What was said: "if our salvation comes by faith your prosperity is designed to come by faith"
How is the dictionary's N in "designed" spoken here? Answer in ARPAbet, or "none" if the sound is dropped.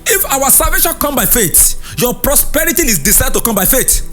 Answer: none